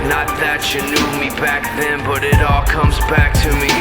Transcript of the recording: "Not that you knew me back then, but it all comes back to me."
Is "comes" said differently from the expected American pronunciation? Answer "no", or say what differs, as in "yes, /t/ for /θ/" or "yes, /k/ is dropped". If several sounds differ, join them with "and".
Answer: no